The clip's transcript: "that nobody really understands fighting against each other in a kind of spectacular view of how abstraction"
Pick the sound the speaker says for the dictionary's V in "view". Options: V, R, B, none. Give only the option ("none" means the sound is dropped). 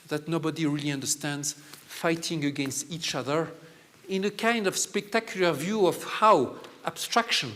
V